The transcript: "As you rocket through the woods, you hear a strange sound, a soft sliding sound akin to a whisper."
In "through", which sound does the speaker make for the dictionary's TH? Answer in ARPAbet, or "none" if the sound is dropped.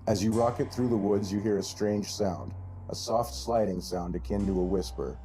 TH